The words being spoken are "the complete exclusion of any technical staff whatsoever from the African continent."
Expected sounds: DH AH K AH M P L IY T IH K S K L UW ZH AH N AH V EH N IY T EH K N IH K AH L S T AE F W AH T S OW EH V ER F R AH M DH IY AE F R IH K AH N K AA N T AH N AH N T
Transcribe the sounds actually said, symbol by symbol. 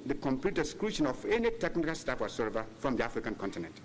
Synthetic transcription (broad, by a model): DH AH K AH M P L IY T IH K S K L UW SH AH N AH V EH N IY T EH K N IH K AH L S T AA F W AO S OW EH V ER F R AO M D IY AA F R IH K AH N K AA N T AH N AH N T